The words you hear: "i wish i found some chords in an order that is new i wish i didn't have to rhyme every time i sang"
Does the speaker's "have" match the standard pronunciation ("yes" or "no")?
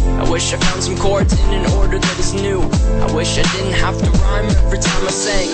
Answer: no